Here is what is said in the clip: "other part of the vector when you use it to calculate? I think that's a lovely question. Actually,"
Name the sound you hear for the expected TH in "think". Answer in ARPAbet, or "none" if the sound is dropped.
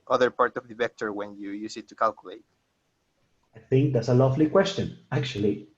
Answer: TH